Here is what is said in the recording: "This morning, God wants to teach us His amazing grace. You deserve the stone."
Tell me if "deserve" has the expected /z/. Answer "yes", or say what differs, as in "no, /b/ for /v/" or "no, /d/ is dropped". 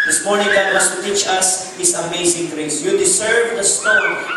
no, /s/ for /z/